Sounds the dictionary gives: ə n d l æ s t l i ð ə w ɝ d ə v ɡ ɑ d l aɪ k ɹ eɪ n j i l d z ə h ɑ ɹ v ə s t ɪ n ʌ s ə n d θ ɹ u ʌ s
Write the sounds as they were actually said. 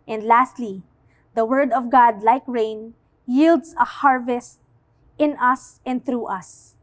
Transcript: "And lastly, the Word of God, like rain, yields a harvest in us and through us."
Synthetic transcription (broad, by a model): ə n d l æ s t l i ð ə w ɝ d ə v ɡ ɑ d l aɪ k ɹ eɪ n j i l d s ə h ɑ ɹ v ə s t ɪ n ʌ s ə n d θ ɹ u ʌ s